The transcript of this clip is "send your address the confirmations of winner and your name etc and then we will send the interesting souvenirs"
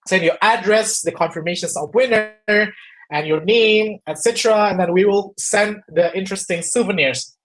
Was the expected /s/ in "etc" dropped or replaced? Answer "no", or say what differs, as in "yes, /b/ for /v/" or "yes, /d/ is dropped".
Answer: no